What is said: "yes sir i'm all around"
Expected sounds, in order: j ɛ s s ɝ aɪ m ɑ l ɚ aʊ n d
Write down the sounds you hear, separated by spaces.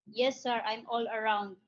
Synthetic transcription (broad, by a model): j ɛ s s ɝ aɪ m ɑ l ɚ aʊ n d